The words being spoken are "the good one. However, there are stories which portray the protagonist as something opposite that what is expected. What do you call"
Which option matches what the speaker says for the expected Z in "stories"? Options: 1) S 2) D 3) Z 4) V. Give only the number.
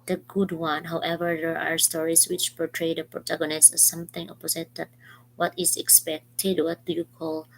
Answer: 1